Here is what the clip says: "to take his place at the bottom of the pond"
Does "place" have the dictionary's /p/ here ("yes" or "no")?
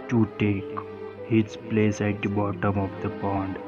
yes